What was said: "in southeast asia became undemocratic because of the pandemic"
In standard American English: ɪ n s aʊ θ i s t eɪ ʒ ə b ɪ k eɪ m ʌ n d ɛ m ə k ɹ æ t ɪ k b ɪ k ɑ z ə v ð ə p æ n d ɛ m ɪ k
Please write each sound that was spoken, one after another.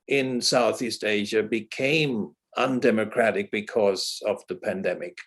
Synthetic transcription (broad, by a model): ɪ n s aʊ θ i s t eɪ ʒ ə b ɪ k eɪ m ʌ n d ɛ m ə k ɹ æ t ɪ k b ɪ k ɑ z ə v ð ə p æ n d ɛ m ɪ k